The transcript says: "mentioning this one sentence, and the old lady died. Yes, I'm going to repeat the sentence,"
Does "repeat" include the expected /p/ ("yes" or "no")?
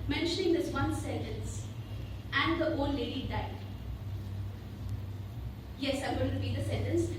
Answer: no